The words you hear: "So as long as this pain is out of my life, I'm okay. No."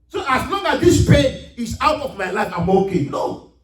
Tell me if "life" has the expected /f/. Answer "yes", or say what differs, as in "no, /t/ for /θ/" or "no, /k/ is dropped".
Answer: yes